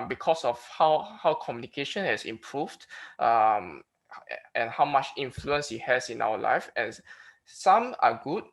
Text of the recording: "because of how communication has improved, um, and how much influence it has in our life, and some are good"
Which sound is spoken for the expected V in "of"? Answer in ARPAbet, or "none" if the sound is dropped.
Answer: W